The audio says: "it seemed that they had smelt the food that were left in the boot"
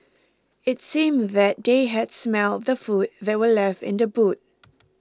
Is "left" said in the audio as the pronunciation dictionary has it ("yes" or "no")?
yes